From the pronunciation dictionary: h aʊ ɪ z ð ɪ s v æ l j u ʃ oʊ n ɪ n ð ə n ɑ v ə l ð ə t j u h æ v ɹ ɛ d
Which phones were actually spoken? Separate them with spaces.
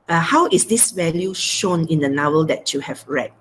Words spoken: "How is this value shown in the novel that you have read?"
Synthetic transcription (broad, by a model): h aʊ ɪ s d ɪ s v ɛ l j u ʃ oʊ n ɪ n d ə n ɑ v ə l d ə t j u h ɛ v ɹ ɛ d